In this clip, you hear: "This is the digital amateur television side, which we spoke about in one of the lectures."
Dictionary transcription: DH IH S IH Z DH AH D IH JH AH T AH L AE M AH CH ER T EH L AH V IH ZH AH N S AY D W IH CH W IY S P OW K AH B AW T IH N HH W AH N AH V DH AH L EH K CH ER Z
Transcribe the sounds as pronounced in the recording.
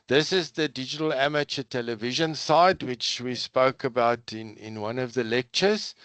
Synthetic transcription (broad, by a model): DH IH S IH Z DH AH D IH JH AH T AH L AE M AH CH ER T EH L AH V IH ZH AH N S AY D W IH CH W IY S P OW K AH B AW T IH N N W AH N AH V DH AH L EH K CH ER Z